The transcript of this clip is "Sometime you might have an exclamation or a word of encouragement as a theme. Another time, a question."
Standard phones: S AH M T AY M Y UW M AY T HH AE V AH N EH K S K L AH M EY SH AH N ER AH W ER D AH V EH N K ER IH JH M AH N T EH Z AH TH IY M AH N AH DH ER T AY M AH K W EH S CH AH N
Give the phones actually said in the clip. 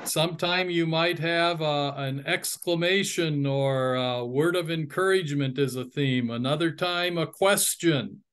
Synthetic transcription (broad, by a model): S AH M T AY M Y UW M AY T HH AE V AH N EH K S K L AH M EY SH AH N ER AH W ER D AH V EH N K ER IH JH M AH N T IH Z AH TH IY M AH N AH DH ER T AY M AH K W EH S CH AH N